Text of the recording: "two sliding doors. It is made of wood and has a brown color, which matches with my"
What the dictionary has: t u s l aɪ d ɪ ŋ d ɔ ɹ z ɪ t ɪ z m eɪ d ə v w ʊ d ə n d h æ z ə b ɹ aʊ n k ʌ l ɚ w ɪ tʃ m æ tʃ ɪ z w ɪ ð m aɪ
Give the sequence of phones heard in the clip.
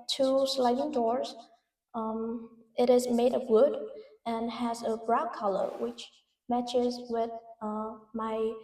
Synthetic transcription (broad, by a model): t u s l aɪ d ɪ ŋ d ɔ ɹ z ɪ t ɪ z m eɪ d ə v w ʊ d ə n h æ z ə b ɹ aʊ k ʌ l ɚ w ɪ tʃ m æ tʃ ɪ z w ɪ ð m aɪ